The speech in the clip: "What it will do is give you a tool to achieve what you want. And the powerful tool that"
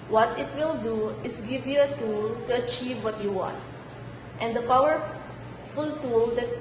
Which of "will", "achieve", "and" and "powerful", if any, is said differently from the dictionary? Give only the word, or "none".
none